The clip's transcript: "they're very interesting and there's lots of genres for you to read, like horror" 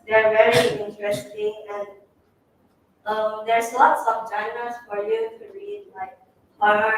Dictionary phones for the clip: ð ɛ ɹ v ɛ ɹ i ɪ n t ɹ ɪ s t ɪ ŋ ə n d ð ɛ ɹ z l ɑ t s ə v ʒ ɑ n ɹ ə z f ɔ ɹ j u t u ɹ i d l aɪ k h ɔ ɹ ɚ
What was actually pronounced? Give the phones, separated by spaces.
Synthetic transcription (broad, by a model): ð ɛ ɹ v ɛ ɹ i ɪ n t ɹ ɪ s t ɪ ŋ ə n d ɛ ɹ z l ɑ t s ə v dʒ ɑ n ə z f ɔ ɹ j u t u ɹ i d l aɪ k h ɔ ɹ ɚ